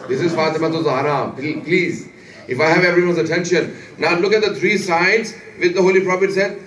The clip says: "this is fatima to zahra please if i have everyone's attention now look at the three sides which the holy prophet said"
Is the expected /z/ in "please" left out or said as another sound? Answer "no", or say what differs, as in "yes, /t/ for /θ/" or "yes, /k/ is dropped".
no